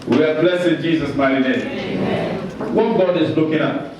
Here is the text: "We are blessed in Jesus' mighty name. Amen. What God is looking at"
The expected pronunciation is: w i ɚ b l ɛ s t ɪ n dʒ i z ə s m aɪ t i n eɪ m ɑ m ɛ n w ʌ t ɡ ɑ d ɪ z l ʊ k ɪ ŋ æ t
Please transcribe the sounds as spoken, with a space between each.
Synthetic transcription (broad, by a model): w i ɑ b l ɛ s ɪ n dʒ i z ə s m aɪ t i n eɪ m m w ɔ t ɡ ɑ d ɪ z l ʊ k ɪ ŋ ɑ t